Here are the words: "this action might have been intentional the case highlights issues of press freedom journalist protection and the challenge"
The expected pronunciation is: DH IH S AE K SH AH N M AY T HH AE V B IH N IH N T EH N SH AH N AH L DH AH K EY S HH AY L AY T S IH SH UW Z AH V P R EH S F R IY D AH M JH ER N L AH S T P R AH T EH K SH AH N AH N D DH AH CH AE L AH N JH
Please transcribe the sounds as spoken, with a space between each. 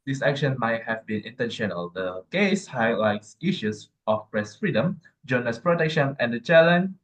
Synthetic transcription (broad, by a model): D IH S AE K SH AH N M AY T HH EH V B IH N IH N T EH N SH AH N AH L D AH K EY S HH AY L AY T S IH SH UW S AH F P R EH S F R IY D AH M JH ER N AH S P R AH T EH K SH AH N AH N D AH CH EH L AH N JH